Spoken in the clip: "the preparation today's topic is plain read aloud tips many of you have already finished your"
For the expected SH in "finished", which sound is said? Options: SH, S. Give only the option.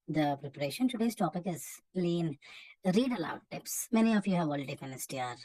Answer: S